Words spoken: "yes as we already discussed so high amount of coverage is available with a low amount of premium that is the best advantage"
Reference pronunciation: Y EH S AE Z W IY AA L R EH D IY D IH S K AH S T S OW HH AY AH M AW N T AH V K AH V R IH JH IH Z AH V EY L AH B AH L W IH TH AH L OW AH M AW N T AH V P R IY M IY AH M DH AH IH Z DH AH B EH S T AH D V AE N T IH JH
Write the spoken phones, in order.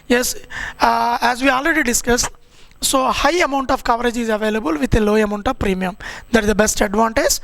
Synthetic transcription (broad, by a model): Y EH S AE Z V IY AA L R EH D IY D IH S K AH S T S OW HH AY AH M AW N T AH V K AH V R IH JH IH Z AH V EY L AH B AH L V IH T AH L OW AH M AW N T AH V P R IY M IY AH M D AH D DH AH B EH S T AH D V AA N T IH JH